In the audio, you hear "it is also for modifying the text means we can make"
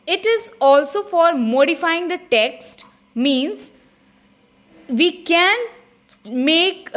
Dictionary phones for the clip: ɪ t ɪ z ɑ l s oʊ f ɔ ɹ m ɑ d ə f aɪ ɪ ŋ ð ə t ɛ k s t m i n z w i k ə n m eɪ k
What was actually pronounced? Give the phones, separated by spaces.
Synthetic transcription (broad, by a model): ɪ t ɪ z ɑ l s oʊ f ɔ ɹ m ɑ d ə f aɪ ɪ ŋ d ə t ɛ k s t m i n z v i k ə n m eɪ k